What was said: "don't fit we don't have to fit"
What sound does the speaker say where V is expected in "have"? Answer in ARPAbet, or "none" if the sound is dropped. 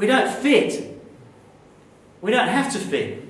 F